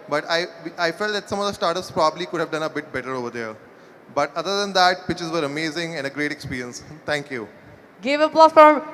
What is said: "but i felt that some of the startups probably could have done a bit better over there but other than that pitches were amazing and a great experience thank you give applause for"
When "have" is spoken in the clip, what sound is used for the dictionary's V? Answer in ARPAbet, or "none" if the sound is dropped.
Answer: V